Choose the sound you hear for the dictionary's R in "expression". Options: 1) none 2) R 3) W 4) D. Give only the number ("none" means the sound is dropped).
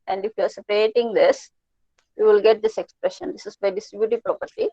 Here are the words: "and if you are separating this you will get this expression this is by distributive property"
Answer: 2